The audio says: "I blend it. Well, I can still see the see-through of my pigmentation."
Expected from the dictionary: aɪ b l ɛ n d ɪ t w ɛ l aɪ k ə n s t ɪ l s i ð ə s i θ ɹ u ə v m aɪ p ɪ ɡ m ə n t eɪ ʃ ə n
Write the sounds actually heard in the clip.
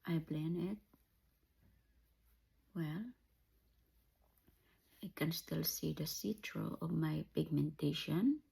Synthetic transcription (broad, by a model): aɪ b l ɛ n ɪ t w ɛ l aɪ k ə n s t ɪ l s i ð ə s i t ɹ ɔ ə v m aɪ p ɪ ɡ m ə n t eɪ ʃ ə n